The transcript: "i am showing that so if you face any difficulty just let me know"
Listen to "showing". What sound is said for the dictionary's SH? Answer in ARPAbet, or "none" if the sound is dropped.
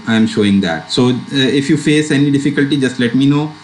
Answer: SH